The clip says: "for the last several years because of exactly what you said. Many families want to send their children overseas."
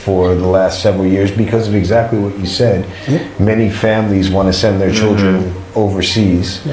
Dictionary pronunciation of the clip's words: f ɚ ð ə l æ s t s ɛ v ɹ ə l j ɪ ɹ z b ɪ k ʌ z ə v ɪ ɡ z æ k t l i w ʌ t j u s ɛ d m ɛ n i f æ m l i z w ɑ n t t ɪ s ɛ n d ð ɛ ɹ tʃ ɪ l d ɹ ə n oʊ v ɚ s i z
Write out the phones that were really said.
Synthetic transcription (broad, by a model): f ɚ ð ə l æ s t s ɛ v ɹ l j ɪ ɹ z b ɪ k ʌ z ə v ɪ ɡ z æ k t l i w ʌ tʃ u s ɛ d m ɛ n i f æ m l i z w ɑ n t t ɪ s ɛ n ð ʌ ɹ tʃ ɪ l d ɹ ə n oʊ v ɚ s i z